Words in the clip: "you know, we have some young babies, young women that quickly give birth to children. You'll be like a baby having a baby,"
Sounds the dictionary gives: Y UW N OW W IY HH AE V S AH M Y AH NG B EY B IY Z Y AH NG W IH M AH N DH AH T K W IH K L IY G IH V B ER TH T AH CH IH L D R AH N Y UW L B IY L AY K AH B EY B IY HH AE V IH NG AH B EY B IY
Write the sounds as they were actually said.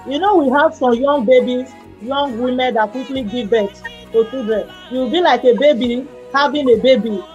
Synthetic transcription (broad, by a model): Y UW N OW W IY HH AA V S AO M Y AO NG B EY B IY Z Y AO NG W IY M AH N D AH T K W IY K L IY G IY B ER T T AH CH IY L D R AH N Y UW W B IY L AY K AH B EY B IY HH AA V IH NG AH B EY B IY